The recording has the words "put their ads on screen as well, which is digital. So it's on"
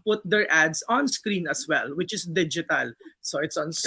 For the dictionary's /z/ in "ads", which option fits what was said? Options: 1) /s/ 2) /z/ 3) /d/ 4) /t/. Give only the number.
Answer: 1